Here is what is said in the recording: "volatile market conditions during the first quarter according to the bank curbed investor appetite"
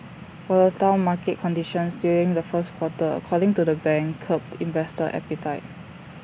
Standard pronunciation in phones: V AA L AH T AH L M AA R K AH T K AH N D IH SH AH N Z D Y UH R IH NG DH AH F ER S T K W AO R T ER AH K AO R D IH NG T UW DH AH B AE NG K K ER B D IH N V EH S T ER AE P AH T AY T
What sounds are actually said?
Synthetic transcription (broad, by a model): W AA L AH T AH N M AA K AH T K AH N D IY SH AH N S D Y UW R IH NG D AH F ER S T K W AO T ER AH K AO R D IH NG T UW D AH B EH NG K K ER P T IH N V EH S T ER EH P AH T AY T